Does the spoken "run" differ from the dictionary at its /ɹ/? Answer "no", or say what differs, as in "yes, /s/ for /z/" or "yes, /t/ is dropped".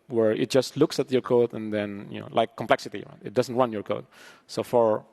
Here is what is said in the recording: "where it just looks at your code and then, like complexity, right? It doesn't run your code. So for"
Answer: yes, /w/ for /ɹ/